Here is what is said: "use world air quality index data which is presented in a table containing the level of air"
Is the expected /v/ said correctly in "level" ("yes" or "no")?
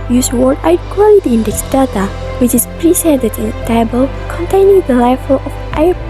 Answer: no